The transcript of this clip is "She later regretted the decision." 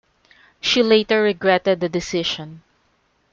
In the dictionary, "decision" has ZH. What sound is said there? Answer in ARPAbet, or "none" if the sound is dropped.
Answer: SH